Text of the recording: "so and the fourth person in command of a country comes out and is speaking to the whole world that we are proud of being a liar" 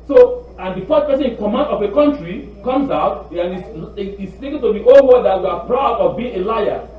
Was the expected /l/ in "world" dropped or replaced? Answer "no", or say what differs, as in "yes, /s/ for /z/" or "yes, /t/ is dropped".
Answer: yes, /l/ is dropped